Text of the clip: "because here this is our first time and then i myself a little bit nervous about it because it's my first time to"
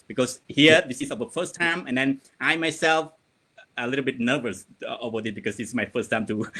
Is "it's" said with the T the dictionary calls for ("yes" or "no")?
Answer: no